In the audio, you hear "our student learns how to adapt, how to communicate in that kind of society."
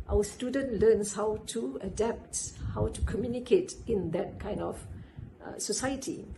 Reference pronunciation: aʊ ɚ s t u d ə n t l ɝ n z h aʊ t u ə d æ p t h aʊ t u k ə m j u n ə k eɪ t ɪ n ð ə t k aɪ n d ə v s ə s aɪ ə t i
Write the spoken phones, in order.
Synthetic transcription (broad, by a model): aʊ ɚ s t u d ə n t l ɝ n s h aʊ t u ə d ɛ p t h aʊ t u k ə m j u n ə k eɪ t ɪ n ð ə t k aɪ n d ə f s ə s aɪ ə t i